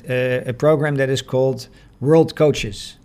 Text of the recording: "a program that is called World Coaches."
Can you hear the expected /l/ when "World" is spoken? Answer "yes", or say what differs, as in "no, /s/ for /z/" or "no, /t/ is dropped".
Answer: yes